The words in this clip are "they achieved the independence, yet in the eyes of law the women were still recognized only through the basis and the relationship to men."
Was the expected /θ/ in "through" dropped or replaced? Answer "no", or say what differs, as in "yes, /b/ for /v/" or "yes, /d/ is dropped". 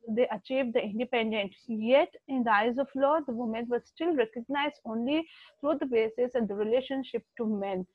yes, /t/ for /θ/